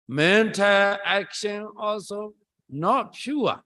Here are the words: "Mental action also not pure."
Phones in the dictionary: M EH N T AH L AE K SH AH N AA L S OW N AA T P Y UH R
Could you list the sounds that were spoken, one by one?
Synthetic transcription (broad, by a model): M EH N T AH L AE K SH AH N AA L S OW N AA T P Y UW